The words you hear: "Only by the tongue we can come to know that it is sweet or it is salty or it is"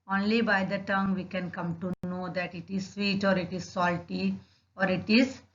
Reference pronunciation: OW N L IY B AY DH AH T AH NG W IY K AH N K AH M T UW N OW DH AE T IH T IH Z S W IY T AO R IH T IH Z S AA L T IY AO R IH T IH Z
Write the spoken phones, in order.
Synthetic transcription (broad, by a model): OW N L IY B AY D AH T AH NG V IY K AH N K AH M T UW N OW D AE T IH T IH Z S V IY T AO R IH T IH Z S AA L T IY AO R IH T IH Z